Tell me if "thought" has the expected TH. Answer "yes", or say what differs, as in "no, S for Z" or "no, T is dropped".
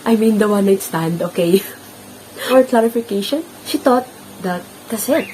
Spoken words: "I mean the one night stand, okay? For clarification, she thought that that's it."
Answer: no, T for TH